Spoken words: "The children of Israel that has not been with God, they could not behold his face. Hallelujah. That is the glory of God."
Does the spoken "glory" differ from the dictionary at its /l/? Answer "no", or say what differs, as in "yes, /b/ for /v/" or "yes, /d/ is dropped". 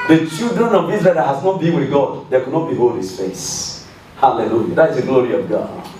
no